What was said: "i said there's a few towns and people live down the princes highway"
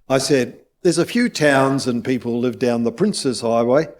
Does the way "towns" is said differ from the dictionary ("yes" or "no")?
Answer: no